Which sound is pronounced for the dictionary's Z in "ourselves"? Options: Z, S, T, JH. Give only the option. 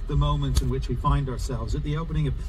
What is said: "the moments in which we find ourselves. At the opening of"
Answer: Z